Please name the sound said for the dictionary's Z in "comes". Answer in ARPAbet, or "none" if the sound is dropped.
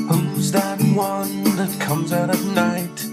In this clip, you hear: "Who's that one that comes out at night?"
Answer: Z